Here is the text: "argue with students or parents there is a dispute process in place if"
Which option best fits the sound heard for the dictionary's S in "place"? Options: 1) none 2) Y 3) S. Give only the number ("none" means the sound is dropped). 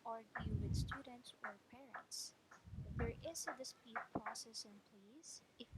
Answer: 1